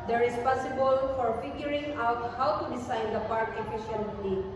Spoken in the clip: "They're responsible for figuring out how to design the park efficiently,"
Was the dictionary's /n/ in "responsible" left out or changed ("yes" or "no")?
yes